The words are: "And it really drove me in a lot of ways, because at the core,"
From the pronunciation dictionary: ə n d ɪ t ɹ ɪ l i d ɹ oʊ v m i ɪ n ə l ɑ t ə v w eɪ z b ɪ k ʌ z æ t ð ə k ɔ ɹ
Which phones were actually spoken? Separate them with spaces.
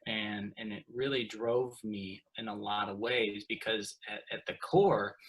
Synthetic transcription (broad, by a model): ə n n ɪ t ɹ ɪ l i d ɹ oʊ v m i ɪ n ə l ɑ t ə v w eɪ z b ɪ k ʌ z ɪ t ð ə k ɔ ɹ